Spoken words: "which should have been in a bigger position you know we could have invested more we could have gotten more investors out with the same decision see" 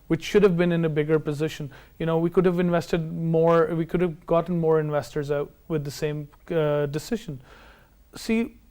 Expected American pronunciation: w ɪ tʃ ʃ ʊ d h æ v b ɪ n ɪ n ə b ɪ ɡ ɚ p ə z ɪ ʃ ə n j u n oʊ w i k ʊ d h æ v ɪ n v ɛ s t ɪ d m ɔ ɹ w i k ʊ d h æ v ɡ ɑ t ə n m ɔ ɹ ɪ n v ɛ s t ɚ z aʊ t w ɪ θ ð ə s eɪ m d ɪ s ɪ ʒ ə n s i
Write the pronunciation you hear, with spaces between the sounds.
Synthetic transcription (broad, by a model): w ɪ tʃ ʃ ʊ d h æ v b ɪ n ɪ n ə b ɪ ɡ ɚ p ə z ɪ ʃ ə n j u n oʊ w i k ʊ d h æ v ɪ n v ɛ s t ɪ d m ɔ ɹ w i k ʊ d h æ v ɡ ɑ t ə n m ɔ ɹ ɪ n v ɛ s t ɚ z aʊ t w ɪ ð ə s eɪ m d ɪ s ɪ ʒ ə n s i